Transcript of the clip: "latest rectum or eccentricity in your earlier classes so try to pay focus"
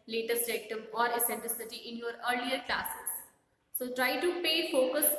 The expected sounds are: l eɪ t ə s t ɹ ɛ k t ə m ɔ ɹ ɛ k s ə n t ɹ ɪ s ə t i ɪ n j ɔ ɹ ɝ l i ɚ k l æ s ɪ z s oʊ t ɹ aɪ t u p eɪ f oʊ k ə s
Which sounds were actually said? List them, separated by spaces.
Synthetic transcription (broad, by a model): l eɪ t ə s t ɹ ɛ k t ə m ɔ ɹ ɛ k s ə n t l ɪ s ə t i ɪ n j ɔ ɹ ɝ l i ɚ k l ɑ s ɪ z s oʊ t ɹ aɪ t u p eɪ f oʊ k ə s